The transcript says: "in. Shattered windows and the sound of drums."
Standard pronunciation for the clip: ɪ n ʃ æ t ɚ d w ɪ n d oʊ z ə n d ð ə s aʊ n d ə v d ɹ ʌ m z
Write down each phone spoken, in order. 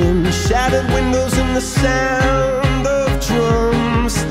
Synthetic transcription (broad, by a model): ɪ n ʃ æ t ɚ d w ɪ n d oʊ z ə n ð ə s aʊ n d ə v d ɹ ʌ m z